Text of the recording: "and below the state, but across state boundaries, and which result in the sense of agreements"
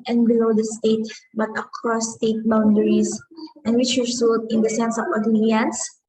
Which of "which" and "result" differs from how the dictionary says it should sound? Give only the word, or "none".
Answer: result